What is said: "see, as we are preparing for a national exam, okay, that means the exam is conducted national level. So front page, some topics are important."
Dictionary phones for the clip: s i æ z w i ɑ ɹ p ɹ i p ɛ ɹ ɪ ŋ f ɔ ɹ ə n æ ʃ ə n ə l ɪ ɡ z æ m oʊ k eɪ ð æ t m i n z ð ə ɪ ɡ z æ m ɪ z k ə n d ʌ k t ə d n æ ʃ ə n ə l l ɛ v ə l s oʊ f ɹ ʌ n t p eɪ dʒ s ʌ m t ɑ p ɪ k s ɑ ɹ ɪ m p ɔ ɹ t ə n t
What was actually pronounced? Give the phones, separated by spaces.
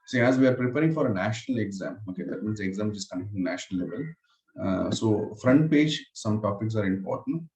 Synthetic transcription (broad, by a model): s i æ z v i ɑ ɹ p ɹ i p ɛ ɹ ɪ ŋ f ɔ ɹ ə n æ ʃ ə n ə l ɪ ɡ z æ m oʊ k eɪ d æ t m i n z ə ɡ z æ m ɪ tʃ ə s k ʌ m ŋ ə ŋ n æ ʃ ə n ə l l ɛ v ə l s oʊ f ɹ ʌ n t p eɪ dʒ s ʌ m t ɑ p ɪ k s ɑ ɹ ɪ m p ɔ ɹ t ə n t